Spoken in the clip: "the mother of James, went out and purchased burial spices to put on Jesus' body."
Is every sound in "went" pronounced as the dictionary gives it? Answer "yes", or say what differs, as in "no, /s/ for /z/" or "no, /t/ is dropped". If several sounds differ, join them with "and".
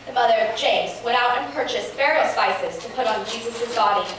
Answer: no, /n/ is dropped